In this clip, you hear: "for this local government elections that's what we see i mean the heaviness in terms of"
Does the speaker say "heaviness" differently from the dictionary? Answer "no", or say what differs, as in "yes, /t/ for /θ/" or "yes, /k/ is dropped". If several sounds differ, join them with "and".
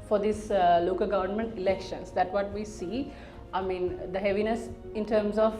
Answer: no